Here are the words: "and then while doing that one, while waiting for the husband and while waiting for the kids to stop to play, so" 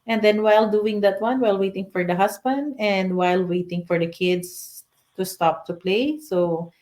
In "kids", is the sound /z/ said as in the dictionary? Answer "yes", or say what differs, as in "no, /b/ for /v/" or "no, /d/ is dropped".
no, /s/ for /z/